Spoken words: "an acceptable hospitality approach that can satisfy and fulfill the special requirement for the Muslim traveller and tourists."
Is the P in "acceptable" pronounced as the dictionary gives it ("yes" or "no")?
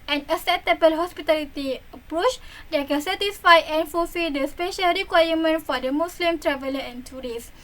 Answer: no